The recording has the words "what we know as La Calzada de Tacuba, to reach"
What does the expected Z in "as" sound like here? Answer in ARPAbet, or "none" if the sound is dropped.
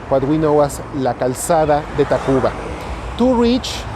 S